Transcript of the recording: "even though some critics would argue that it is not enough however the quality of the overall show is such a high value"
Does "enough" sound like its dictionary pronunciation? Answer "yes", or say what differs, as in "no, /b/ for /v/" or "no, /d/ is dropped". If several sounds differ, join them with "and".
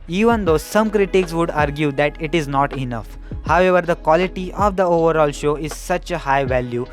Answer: yes